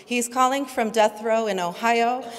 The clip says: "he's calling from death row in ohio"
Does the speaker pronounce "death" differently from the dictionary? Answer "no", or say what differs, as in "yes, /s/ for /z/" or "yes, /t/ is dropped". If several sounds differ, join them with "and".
no